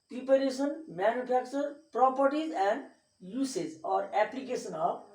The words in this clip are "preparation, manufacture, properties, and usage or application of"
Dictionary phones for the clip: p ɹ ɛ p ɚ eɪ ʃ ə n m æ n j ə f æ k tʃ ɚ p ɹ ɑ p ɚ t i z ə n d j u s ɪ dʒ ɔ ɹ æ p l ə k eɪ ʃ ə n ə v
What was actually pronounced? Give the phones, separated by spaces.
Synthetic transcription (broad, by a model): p ɹ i p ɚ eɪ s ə n m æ n j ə p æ k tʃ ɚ p ɹ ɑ p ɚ t i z ə n d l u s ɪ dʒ ɔ ɹ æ p l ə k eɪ s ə n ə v